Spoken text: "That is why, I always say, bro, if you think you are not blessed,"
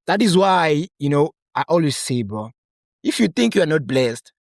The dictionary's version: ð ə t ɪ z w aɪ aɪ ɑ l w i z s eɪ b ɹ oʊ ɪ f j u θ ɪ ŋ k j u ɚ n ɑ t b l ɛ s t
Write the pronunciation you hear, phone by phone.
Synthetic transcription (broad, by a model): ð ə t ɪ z w aɪ aɪ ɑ l w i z s eɪ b oʊ ɪ f j u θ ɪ ŋ k j u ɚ n ɑ t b l ɛ s t